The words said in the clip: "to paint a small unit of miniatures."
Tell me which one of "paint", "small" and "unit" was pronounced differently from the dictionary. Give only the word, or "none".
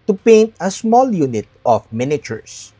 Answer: none